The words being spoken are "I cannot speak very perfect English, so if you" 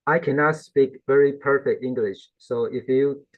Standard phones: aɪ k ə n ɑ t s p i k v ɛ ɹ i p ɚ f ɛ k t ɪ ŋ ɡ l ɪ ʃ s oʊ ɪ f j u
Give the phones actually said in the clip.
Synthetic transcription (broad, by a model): aɪ k ə n ɑ t s p i k v ɛ ɹ i p ɚ f ɛ k t ɪ ŋ ɡ l ɪ ʃ s oʊ ɪ f j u